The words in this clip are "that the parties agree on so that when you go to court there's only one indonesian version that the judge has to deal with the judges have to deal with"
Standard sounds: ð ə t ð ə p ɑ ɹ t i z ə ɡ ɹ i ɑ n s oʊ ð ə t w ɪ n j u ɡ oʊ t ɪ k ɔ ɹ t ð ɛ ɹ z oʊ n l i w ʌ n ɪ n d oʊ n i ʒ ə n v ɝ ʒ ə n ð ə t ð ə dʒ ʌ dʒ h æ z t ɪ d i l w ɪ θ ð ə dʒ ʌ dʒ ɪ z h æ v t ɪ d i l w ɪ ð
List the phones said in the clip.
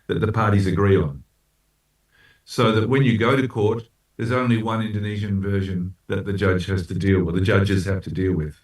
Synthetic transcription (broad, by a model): ð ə t ð ə p ɑ ɹ t i z ə ɡ ɹ i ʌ n s oʊ ð ə t w ɪ n j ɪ ɡ oʊ t ɪ k ɔ ɹ t ð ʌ ɹ z oʊ n l i w ʌ n ɪ n d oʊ n i ʒ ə n v ɝ ʒ ə n ð ə t ð ə dʒ ʌ dʒ h æ z t ɪ d i l w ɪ ð ə dʒ ʌ dʒ ɪ z h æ f t ɪ d i l w ɪ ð